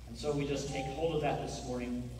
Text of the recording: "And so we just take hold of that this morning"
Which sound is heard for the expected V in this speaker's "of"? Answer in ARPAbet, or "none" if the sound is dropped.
V